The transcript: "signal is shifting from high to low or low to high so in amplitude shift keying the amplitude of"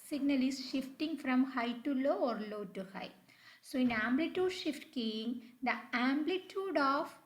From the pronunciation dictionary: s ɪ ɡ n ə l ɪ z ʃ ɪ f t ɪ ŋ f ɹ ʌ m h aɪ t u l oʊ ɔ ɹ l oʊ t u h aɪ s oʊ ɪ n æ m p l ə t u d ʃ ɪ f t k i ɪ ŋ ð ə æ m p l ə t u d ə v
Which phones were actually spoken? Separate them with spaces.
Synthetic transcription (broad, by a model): s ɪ ɡ n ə l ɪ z ʃ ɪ f t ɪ ŋ f ɹ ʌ m h aɪ t u l oʊ ɔ ɹ l oʊ t u h aɪ s oʊ ɪ n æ m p l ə t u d ʃ ɪ f t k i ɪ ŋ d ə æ m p l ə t u d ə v